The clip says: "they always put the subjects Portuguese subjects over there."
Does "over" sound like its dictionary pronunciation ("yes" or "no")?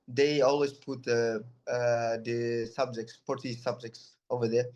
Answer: yes